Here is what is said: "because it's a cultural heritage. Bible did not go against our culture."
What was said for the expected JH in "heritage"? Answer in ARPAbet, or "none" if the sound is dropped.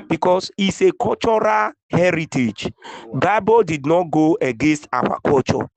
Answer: JH